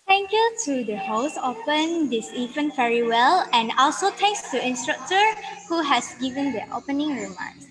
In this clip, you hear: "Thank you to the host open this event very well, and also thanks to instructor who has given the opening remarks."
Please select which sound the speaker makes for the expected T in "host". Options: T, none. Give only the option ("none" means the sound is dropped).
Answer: none